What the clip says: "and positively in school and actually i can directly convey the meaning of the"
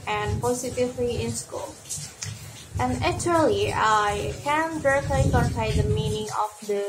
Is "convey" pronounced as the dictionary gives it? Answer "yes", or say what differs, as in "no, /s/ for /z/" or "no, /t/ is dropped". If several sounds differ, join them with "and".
no, /p/ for /v/